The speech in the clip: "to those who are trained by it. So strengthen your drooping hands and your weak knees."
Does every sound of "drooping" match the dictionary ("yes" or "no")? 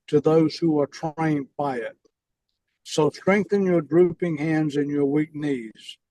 yes